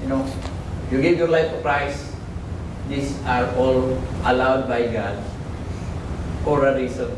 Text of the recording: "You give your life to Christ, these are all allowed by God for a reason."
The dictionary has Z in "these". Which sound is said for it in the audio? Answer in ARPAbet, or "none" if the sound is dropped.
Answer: S